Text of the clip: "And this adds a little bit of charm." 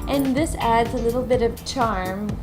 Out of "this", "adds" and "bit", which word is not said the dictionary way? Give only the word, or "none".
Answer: none